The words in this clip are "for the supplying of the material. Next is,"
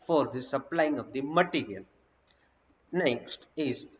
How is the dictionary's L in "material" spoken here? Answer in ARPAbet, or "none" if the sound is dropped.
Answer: N